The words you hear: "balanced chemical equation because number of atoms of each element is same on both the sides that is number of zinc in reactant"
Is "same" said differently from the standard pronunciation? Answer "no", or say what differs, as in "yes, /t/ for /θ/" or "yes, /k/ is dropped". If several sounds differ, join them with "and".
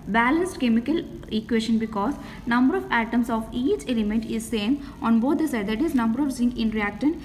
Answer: no